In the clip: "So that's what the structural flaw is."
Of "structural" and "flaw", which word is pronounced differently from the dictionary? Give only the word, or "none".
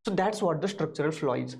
none